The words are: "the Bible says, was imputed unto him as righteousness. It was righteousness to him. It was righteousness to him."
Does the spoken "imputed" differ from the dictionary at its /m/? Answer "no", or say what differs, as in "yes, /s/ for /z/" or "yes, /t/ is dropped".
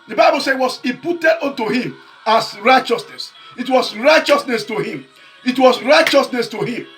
yes, /m/ is dropped